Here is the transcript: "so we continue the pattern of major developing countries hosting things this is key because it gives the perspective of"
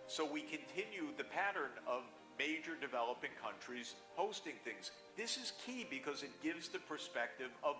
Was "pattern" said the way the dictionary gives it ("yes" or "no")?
yes